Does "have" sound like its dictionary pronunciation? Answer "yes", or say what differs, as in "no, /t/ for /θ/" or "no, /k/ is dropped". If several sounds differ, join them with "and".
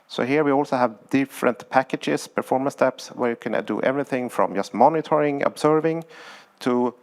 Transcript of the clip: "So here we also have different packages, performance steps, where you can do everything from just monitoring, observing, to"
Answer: yes